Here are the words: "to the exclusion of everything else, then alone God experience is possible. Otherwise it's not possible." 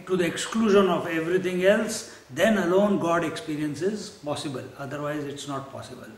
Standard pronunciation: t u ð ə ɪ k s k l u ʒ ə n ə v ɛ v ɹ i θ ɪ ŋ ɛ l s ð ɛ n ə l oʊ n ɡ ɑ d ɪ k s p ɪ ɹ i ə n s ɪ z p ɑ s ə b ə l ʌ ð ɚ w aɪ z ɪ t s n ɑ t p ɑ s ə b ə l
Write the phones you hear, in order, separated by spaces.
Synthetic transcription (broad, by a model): t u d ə ɪ k s k l u ʒ ə n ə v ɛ v ɹ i t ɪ ŋ ɛ l s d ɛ n ə l oʊ n ɡ ɑ d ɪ k s p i ɹ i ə n s ɪ z p ɑ s ə b ə l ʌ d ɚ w aɪ z ɪ t s n ɑ t p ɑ s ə b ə l